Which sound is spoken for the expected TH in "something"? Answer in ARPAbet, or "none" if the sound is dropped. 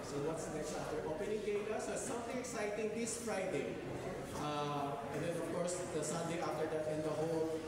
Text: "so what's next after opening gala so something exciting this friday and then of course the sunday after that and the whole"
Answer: T